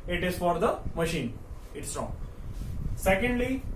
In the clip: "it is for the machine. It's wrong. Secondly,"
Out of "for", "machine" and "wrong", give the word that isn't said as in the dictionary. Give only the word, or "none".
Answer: none